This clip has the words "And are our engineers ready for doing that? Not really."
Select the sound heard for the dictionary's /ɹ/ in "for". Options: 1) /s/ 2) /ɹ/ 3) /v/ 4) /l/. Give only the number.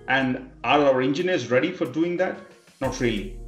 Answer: 2